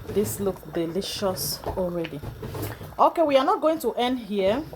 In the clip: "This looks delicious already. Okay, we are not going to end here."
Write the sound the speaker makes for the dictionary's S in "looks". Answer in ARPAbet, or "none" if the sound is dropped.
none